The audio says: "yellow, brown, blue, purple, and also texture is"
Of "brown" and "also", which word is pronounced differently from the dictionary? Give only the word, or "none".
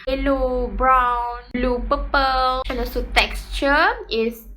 also